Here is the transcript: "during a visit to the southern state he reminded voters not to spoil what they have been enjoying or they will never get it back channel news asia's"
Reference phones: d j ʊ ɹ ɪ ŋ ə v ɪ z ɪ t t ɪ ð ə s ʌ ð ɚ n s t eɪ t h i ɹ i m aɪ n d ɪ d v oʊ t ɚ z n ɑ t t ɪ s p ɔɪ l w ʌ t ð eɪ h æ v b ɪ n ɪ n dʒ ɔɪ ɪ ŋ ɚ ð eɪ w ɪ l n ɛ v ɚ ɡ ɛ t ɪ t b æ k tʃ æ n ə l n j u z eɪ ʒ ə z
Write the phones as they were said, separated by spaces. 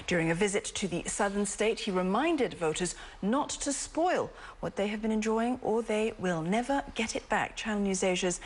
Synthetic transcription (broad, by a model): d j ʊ ɹ ɪ ŋ ə v ɪ z ɪ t t ɪ ð ə s ʌ ð ɚ n s t eɪ t h i ɹ i m aɪ n d ɪ d v oʊ t ɚ z n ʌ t t ɪ s p ɔɪ l w ʌ t ð eɪ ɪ v b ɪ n ɪ n dʒ ɔɪ ɪ ŋ ɚ ð eɪ w ɪ l n ɛ v ɚ ɡ ɛ t ɪ t b æ k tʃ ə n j u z eɪ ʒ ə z